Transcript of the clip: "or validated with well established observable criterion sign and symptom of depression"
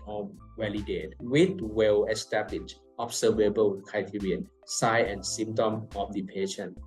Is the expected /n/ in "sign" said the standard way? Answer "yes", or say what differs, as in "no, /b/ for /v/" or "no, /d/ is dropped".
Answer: no, /n/ is dropped